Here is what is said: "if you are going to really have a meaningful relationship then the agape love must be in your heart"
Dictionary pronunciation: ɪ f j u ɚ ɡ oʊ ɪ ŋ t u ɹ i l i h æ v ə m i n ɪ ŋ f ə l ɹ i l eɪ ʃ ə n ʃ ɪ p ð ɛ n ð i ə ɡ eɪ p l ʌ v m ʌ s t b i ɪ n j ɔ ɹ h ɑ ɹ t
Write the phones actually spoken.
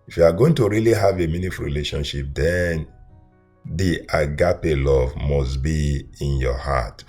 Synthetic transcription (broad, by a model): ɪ f j u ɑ ɡ oʊ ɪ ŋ t u ɹ i l i h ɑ v ə m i n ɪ f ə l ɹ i l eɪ ʃ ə n ʃ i p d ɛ n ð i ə ɡ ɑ p l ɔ v m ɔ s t b i ɪ n j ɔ h ɑ t